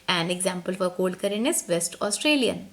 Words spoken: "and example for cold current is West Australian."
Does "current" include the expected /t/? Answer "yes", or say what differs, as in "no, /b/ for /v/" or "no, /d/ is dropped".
no, /t/ is dropped